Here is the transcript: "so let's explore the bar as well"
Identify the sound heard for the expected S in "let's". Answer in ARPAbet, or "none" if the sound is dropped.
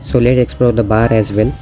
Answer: none